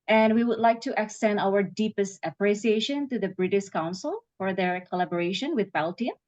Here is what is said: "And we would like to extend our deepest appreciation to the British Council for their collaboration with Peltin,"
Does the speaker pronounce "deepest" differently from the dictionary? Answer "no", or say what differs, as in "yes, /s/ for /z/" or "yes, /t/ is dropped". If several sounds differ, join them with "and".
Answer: no